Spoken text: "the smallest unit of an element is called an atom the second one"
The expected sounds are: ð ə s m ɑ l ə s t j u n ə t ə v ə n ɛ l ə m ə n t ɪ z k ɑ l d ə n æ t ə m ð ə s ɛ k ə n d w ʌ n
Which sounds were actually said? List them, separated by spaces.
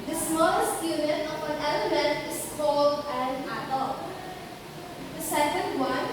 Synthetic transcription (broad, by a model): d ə s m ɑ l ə s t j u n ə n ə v ə n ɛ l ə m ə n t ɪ s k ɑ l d ə n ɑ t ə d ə s ɛ k ə n d w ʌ n